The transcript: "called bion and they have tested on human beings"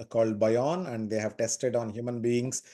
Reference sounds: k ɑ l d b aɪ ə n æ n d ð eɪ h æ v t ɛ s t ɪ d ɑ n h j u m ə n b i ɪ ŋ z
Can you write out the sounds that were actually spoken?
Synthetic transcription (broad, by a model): k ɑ l d b aɪ ə n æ n d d eɪ h æ v t ɛ s t ɪ d ɑ n h j u m ə n b i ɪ ŋ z